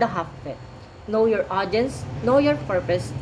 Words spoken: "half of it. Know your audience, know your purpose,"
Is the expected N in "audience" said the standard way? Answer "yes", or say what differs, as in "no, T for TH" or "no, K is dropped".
yes